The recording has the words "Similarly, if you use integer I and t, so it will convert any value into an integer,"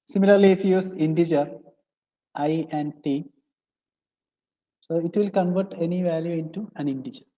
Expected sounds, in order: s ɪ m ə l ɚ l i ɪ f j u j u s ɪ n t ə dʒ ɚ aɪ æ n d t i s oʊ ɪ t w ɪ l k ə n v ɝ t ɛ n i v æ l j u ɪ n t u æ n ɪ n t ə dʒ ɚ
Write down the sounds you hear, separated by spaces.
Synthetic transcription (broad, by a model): s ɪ m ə l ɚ l i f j j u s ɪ n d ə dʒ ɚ aɪ æ n d t i s oʊ ɪ t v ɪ l k ə n v ɝ t ɛ n i v æ l j u ɪ n t u æ n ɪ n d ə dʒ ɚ